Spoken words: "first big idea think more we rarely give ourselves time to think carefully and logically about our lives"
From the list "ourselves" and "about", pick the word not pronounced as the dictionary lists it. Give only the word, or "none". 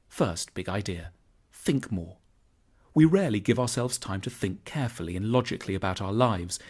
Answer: none